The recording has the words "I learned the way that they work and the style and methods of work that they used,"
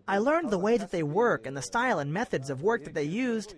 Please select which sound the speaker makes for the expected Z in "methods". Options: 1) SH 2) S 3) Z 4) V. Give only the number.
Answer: 3